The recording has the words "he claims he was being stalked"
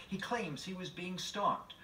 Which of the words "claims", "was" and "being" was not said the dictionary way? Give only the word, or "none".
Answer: none